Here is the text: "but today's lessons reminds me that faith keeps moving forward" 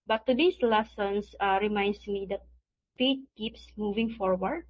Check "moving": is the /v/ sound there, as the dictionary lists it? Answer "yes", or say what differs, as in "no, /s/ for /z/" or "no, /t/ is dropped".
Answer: yes